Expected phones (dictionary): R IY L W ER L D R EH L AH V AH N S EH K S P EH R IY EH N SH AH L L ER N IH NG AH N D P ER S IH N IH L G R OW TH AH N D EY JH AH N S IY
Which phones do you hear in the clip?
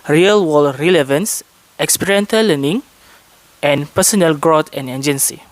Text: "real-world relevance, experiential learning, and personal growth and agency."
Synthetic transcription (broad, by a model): R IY L W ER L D R EH L AH V AH N S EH K S P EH R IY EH N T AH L L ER N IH NG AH N P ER S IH N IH L G R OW T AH N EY JH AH N S IY